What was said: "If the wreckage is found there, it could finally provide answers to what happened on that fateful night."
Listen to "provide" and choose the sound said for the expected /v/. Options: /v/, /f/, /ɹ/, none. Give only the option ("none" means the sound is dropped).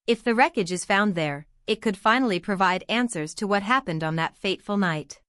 /v/